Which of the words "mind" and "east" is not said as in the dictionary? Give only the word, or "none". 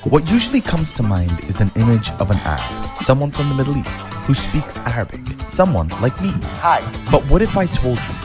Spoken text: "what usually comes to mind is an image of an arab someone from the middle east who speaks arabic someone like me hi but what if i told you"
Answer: none